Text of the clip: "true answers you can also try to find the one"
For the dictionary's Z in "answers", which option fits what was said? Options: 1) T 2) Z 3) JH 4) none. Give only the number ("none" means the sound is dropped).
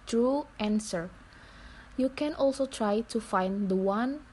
4